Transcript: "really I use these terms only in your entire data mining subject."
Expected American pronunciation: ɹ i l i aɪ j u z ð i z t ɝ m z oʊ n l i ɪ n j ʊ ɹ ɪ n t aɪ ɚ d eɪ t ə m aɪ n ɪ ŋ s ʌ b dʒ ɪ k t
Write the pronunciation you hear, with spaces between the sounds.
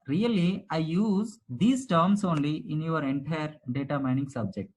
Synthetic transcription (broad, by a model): ɹ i l i aɪ j u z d i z t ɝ m s oʊ n l i ɪ n j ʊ ɹ ɪ n t aɪ ɚ d eɪ t ə m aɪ n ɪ ŋ s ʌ b dʒ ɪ k t